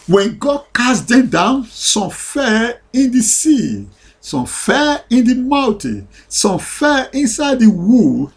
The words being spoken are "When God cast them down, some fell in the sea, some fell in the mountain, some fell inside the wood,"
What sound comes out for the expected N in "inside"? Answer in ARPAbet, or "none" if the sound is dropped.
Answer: N